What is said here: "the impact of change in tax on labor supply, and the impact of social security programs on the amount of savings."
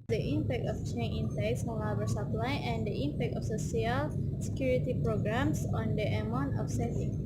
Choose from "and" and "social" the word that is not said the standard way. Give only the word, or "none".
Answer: social